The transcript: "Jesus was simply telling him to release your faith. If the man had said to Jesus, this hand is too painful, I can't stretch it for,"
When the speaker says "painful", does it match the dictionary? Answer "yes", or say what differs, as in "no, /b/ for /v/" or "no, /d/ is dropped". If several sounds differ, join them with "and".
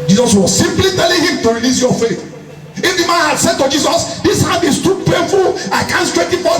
no, /n/ is dropped